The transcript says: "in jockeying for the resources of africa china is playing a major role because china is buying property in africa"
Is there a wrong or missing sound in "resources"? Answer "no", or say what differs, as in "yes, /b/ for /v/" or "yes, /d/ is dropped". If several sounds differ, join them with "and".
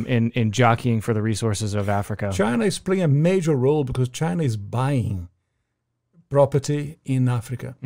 no